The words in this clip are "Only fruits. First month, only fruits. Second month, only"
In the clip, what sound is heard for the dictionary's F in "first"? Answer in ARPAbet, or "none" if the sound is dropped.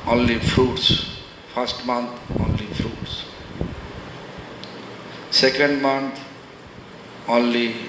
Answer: P